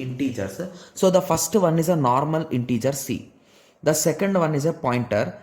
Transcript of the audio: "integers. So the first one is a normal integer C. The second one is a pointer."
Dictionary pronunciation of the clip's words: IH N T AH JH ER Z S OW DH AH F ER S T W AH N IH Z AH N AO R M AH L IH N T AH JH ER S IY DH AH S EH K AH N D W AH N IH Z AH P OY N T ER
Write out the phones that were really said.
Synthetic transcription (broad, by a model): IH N T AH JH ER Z S OW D AH F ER S T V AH N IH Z AH N AO R M AH L IH N T AH JH ER S IY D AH S EH K AH N D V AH N IH Z AH P OY N T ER